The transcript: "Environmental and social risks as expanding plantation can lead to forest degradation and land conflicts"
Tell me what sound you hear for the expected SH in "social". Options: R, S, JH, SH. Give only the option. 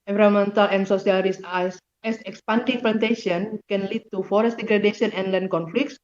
S